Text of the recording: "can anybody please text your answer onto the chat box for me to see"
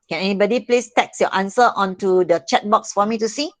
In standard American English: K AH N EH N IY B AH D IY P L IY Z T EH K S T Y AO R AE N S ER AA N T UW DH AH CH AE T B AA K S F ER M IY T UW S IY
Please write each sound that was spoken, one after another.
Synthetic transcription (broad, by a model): K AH N EH N IY B AH D IY P L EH S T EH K S Y AO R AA N S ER AA N T UW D AH CH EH T B AA K S F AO M IY T UW S IY